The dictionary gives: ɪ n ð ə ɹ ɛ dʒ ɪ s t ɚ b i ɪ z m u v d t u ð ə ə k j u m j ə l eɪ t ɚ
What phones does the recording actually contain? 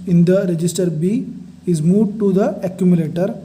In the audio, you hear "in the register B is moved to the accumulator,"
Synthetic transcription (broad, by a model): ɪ n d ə ɹ ɛ dʒ ɪ s t ɚ b i ɪ z m u d t u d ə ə k j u m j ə l eɪ t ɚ